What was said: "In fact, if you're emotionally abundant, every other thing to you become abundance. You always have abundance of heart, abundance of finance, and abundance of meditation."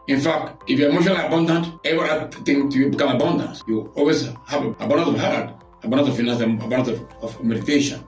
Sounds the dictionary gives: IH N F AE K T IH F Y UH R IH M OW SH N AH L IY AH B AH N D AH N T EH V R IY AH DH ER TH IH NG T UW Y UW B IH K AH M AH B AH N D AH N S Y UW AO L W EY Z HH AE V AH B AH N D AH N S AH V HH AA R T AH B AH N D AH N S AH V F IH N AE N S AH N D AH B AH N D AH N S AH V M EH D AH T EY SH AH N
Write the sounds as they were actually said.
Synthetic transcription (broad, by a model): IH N F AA K T IH F Y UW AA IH M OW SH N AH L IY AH B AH N D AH N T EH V IY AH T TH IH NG T UW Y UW B IH K AH M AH B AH N D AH N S Y UW AO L W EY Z HH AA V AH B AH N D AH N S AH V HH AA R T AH B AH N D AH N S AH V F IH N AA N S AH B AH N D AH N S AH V M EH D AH T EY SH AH N